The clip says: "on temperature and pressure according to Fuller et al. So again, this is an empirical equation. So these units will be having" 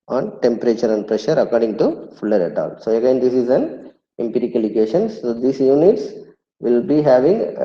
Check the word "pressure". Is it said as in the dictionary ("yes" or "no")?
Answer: yes